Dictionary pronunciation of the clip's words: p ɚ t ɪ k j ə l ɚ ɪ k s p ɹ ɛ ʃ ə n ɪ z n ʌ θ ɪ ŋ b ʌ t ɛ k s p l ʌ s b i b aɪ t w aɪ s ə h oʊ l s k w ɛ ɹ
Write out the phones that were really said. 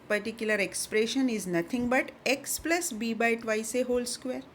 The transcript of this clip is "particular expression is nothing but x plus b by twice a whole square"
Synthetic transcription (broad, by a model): p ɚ t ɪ k j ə l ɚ ɪ k s p ɹ ɛ ʃ ə n ɪ z n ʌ t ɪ ŋ b ʌ t ɛ k s p l ʌ s b i b aɪ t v aɪ s ə h oʊ l s k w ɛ ɹ